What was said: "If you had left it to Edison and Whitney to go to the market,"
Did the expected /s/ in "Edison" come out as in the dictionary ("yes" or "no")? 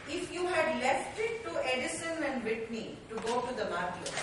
yes